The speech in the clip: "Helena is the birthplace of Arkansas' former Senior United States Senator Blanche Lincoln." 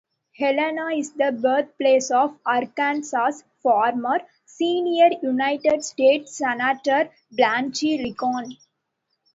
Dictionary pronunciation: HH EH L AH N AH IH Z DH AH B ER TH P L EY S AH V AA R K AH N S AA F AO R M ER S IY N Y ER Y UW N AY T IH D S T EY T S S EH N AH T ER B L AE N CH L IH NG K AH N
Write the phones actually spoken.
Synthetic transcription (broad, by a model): HH EH L AH N AH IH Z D AH B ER T P L EY S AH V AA R K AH N S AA F AO R M ER S IY N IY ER Y UW N AY T IH D S T EY T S S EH N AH T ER B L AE N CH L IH K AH N